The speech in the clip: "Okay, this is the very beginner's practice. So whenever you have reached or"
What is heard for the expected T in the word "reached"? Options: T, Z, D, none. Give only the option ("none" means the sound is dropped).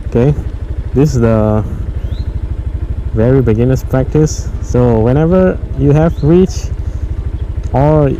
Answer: none